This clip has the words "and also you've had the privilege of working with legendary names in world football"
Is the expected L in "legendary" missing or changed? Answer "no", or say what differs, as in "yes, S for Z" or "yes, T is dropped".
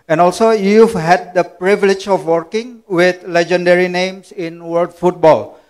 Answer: no